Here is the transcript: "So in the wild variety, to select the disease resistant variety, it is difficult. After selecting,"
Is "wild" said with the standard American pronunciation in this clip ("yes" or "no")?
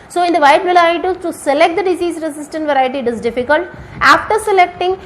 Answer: no